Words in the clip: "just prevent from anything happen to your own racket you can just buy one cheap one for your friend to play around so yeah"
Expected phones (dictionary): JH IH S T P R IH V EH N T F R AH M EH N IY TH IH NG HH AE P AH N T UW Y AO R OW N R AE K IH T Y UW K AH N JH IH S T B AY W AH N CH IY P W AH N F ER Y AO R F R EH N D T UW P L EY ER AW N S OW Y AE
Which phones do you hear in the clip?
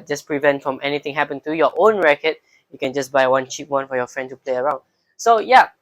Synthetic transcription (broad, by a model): JH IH S P R IH V EH N T F R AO M EH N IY T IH NG HH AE P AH N T UW Y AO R OW N R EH K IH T Y UW K AH N JH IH S B AY W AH N CH IY P W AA N F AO Y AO F R EH N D T UW P L EY ER AW N S OW Y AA